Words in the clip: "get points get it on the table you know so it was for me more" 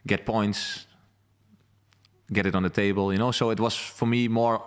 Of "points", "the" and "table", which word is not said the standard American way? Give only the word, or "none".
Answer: none